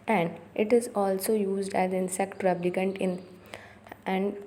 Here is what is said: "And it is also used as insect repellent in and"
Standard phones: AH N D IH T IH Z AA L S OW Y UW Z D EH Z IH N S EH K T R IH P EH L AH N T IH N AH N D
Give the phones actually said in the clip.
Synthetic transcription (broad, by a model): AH N D IH T IH Z AA L S OW Y UW Z D EH Z IH N S EH K T R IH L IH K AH N T IH N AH N D